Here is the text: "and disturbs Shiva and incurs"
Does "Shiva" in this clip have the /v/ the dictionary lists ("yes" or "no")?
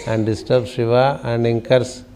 yes